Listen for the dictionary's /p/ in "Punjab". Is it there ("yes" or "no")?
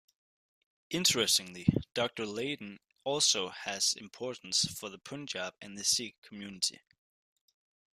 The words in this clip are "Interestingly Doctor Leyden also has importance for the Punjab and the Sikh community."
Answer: yes